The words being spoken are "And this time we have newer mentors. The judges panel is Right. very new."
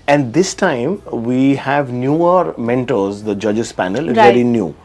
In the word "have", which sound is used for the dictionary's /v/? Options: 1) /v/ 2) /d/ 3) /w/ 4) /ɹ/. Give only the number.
1